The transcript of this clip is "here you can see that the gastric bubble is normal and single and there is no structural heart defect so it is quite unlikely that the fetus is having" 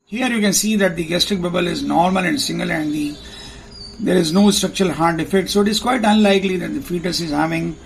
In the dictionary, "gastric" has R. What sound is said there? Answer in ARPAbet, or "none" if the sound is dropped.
R